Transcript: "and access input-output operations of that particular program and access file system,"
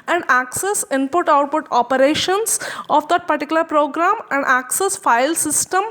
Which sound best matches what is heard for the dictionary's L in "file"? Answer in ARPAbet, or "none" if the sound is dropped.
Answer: L